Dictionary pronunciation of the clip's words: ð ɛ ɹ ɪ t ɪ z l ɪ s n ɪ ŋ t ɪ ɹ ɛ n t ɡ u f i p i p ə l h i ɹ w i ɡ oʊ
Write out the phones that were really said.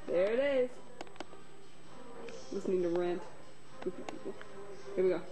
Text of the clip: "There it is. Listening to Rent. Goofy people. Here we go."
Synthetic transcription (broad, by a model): ð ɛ ɹ ɪ t ɪ z l ɪ s n ɪ ŋ t ɪ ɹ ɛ n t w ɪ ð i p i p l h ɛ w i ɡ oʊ